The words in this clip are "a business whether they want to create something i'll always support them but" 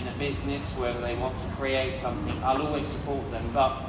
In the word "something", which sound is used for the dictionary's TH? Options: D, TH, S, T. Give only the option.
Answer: TH